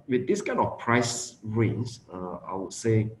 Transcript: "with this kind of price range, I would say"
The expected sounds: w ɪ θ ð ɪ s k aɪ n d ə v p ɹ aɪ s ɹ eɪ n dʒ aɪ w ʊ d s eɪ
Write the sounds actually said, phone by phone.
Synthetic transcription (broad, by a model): w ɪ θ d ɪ s k aɪ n ə f p ɹ aɪ s ɹ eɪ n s aɪ w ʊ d s eɪ